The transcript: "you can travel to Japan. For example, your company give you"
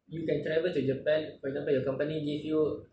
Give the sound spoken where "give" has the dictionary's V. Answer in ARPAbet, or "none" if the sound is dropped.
F